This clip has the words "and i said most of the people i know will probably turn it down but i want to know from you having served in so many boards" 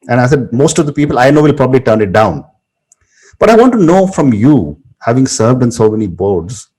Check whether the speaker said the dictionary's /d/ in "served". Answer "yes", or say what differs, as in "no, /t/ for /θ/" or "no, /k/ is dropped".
yes